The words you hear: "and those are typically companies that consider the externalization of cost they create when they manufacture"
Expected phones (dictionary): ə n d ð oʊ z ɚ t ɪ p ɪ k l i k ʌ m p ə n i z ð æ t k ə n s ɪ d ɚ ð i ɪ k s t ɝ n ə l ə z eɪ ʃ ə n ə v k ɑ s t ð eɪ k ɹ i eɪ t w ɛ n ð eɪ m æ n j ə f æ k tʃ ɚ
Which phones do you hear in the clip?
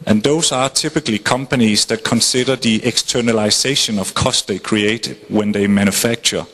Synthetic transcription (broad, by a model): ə n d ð oʊ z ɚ t ɪ p ɪ k l i k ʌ m p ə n i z ð æ t k ə n s ɪ d ɚ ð i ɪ k s t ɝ n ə l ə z eɪ ʃ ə n ə v k ɑ s t ð eɪ k ɹ i eɪ t w ɛ n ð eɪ m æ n j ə f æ k tʃ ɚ